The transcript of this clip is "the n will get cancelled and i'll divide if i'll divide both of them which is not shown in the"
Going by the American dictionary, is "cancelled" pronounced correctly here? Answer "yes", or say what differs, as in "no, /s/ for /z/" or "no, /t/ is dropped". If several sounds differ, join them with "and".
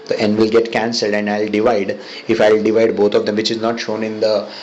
yes